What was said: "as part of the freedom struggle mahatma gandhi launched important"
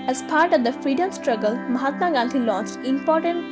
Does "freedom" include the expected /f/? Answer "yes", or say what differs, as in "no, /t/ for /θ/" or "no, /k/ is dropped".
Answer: yes